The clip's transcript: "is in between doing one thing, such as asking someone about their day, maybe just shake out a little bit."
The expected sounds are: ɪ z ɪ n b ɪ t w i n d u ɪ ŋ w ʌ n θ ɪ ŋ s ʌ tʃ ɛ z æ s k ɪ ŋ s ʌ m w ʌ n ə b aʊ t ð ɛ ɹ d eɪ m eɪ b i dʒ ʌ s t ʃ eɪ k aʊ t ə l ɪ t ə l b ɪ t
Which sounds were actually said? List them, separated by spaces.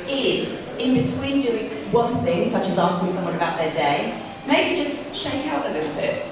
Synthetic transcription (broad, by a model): ɪ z ɪ n b ɪ t w i n d u ɪ ŋ w ʌ n θ ɪ ŋ s ʌ tʃ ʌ z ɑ s k ɪ ŋ s ʌ m w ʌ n ə b aʊ t ð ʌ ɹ d eɪ m eɪ b i dʒ ʌ s t ʃ eɪ k aʊ t ə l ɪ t l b ɪ t